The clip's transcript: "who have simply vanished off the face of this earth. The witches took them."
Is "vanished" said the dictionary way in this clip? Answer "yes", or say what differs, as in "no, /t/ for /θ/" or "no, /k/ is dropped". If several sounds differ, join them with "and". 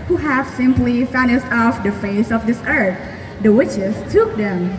no, /f/ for /v/